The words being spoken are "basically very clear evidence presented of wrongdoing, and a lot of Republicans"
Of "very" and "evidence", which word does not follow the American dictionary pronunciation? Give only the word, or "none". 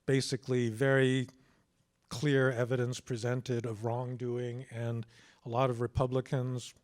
none